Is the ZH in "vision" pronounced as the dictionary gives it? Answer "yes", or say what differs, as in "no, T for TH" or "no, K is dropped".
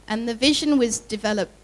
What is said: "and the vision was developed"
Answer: yes